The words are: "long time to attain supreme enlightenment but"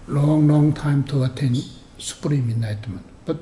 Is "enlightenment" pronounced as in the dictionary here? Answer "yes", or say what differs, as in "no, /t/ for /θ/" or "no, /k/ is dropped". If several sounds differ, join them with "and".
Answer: no, /l/ is dropped